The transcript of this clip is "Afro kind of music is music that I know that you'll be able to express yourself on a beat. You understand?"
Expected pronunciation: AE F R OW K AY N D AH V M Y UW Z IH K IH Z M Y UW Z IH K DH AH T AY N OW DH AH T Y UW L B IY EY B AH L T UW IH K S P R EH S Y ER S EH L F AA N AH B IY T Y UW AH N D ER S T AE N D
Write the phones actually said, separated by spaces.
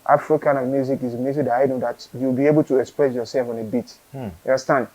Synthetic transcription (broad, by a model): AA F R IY K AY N AH V M Y UW Z IH K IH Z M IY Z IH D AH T AY N OW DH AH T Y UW W B IY EY B AH L T UW IH K S P R EH S Y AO S EH L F AA N AH B IY T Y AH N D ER S T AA N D